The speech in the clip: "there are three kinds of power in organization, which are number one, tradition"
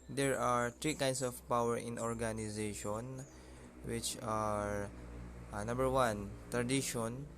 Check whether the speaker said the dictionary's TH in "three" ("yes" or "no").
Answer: no